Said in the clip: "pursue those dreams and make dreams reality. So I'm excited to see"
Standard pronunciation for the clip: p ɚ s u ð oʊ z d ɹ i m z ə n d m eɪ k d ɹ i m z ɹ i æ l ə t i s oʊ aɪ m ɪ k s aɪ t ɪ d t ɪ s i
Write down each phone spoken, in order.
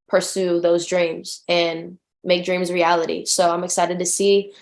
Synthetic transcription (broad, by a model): p ɚ s u ð oʊ z d ɹ i m z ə n m eɪ k d ɹ i m z ɹ i æ l ə t i s oʊ aɪ m ɪ k s aɪ t ɪ d t ɪ s i